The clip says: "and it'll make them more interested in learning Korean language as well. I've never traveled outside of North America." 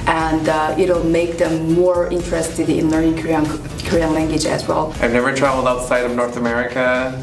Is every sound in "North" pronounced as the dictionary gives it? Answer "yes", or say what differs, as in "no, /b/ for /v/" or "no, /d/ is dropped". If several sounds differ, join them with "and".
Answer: yes